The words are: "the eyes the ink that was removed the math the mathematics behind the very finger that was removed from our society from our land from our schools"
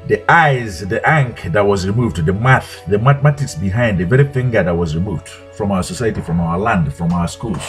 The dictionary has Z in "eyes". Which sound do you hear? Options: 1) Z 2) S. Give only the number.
1